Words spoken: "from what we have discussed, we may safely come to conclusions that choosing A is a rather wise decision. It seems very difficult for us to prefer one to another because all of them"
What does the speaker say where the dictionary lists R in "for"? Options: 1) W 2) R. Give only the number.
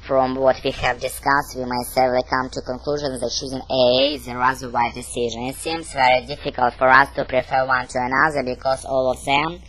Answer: 2